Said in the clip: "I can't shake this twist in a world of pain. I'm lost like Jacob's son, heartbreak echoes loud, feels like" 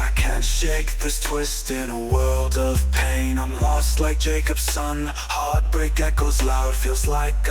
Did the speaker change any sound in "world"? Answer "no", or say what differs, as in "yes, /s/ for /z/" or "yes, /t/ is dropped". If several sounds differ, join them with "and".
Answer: no